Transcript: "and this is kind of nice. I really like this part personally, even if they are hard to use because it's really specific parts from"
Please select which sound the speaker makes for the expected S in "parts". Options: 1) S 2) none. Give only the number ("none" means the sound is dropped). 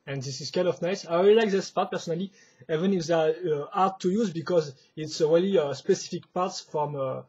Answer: 1